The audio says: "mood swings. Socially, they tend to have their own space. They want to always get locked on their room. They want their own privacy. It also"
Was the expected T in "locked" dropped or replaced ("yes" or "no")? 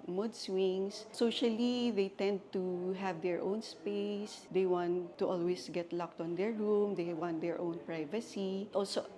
no